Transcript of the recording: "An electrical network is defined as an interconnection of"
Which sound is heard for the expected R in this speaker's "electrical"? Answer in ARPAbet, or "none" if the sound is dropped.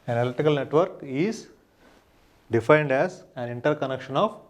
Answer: none